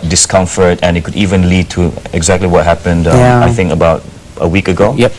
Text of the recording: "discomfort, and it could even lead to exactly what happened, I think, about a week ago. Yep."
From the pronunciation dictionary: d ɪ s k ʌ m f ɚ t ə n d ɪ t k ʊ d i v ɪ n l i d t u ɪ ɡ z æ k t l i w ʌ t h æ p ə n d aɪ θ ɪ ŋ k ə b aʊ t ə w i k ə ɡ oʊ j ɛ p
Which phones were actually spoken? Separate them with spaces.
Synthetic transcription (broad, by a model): d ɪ s k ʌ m f ɚ t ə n ɪ t k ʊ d i v ɪ n l i d t u ɪ ɡ z æ k t l i w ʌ t h æ p ə n d aɪ θ ɪ ŋ k ə b aʊ t ə w i k ə ɡ oʊ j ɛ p